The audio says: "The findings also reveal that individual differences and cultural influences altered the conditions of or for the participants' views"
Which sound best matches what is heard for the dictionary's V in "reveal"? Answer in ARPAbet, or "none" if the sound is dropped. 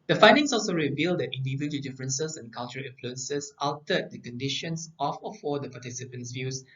V